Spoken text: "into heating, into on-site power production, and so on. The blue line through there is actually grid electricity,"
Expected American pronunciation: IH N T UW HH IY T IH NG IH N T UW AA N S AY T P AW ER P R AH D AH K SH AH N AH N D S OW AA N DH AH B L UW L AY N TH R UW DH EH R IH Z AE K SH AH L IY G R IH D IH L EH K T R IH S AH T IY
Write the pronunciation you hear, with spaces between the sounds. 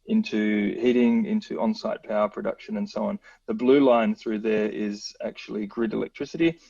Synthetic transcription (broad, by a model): IH N T UW HH IY T IH NG IH N T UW AA N S AY T P AW ER P R AH D AH K SH AH N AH N S OW AA N DH AH B L UW L AY N TH R UW DH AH R IH Z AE K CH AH L IY G R IH D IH L EH K T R IH S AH T IY